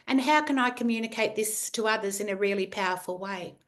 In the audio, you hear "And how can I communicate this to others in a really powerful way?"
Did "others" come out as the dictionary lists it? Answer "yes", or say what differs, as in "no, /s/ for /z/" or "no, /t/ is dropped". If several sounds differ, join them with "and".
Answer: yes